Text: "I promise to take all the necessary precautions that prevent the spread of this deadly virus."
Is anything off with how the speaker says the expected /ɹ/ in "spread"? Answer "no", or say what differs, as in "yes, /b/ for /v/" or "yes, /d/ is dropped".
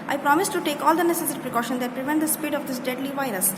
yes, /ɹ/ is dropped